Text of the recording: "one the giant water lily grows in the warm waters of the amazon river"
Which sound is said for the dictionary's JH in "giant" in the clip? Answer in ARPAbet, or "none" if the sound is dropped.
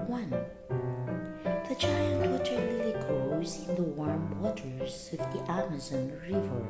CH